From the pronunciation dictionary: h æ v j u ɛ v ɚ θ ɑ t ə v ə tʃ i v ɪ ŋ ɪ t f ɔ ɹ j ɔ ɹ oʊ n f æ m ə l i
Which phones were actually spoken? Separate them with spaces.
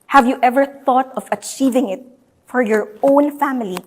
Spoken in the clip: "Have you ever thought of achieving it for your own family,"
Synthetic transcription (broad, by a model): h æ v j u ɛ v ɚ θ ɑ t ə v ə tʃ i v ɪ ŋ ɪ t f ɔ ɹ j ɔ ɹ oʊ n f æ m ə l i